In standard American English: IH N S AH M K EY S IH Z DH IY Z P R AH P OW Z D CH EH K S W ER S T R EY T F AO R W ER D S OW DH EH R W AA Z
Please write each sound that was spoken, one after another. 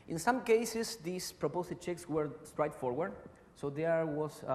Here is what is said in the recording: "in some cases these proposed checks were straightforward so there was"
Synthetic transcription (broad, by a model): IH N S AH M K EY S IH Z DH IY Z P R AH P OW S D CH EH K S W ER S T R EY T F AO R W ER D S OW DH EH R W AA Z